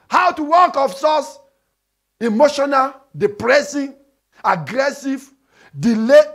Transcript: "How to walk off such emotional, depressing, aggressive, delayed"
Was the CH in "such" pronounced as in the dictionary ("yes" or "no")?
no